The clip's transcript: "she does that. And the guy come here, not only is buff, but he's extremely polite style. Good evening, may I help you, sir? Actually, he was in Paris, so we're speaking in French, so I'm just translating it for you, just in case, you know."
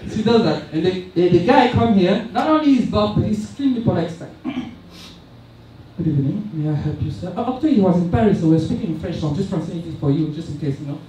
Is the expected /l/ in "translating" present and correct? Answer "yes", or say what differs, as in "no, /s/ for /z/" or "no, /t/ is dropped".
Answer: no, /l/ is dropped